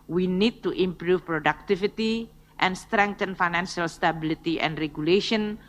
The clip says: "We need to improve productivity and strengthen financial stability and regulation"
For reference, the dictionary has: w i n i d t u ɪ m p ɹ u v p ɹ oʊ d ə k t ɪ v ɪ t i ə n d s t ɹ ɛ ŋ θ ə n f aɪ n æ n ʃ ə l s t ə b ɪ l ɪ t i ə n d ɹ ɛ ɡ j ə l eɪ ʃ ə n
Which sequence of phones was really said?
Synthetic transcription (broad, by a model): w i n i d t u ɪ m p ɹ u f p ɹ oʊ d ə k t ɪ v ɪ t i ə n s t ɹ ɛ ŋ t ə n f aɪ n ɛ n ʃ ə l s t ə b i l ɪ t i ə n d ɹ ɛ ɡ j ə l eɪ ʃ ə n